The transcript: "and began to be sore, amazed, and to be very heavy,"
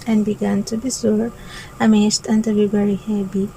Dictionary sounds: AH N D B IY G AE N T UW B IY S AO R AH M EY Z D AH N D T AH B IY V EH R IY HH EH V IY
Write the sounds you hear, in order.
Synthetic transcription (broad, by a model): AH N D B IY G AE N T UW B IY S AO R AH M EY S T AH N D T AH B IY B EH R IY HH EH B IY